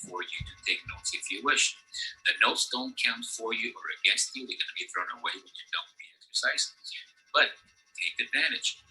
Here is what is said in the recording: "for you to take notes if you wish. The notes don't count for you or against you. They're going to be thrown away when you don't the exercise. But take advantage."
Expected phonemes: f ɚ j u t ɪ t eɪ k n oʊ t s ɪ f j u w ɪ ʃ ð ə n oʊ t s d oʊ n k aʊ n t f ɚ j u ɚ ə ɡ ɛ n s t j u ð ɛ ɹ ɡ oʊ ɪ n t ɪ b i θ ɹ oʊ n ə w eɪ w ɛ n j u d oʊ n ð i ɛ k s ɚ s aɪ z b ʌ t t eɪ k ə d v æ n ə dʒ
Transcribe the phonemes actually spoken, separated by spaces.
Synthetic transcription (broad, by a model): f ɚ j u t ɪ t eɪ k n oʊ t s ɪ f j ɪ w ɪ ʃ ð ə n oʊ t s d oʊ n k aʊ n t f ɚ j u ɚ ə ɡ ɛ n s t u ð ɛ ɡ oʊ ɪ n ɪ b i θ ɹ oʊ n ə w eɪ w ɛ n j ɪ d oʊ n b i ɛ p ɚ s aɪ s b ʌ t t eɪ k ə d v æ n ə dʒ